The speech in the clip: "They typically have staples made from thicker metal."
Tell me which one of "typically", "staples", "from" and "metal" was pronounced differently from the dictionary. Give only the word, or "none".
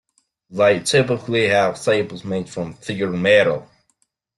staples